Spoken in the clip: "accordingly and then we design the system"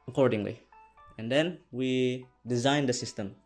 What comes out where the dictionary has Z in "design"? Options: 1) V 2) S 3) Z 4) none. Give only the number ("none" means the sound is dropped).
3